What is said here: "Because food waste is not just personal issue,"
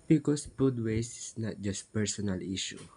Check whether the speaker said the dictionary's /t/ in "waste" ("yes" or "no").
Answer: no